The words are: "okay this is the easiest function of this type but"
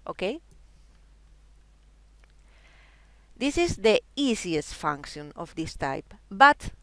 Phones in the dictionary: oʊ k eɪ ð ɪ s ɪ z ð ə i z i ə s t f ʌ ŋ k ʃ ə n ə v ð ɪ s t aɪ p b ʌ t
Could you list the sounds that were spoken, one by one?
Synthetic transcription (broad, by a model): oʊ k eɪ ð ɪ s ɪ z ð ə i s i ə s t f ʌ ŋ k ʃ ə n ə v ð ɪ s t aɪ p b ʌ t